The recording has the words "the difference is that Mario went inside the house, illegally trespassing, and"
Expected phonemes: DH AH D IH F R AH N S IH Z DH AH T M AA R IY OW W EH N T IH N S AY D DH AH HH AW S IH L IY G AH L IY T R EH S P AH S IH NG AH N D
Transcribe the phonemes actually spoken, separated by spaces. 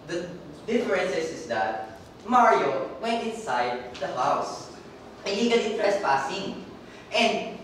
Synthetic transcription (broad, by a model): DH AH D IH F R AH N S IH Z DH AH T M AA R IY OW W EH N T IH N S AY D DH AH HH AW S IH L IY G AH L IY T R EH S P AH S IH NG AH N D